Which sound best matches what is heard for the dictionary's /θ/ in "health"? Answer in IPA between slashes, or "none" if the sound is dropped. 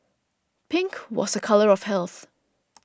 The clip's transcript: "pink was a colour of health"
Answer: /θ/